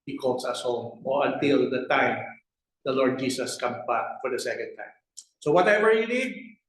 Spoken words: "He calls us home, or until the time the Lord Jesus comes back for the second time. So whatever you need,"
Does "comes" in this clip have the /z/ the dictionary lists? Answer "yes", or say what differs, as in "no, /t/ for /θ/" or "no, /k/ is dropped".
no, /z/ is dropped